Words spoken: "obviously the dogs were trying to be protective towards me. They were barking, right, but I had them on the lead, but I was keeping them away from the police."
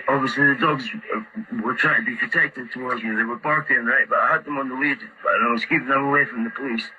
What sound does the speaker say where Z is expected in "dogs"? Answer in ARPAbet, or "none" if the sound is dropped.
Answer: Z